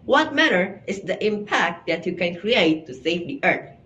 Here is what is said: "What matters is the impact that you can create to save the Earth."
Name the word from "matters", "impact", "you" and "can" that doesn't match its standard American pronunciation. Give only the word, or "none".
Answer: matters